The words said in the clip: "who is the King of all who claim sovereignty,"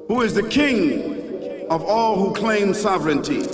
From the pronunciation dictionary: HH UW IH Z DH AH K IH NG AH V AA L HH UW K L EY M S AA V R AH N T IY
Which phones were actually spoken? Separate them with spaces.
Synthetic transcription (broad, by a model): HH UW IH Z DH AH K IH NG AH V AA L HH UW K L EY M S AA V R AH N T IY